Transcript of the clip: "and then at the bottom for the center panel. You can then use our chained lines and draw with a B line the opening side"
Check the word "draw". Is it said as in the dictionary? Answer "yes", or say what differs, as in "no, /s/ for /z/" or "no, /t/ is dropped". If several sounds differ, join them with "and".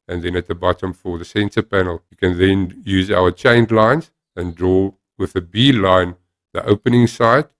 yes